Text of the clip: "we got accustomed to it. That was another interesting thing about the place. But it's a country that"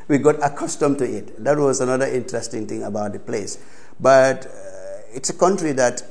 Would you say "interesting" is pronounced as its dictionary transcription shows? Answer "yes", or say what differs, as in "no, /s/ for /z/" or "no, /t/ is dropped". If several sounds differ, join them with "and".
yes